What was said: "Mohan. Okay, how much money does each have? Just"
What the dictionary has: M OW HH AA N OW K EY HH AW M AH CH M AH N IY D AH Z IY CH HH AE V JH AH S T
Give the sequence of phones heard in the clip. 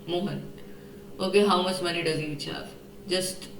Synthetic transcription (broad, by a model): M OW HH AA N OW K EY HH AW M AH S M AH N IY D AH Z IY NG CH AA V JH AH S T